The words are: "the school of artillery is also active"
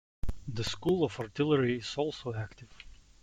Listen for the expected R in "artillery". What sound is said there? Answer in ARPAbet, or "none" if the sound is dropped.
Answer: R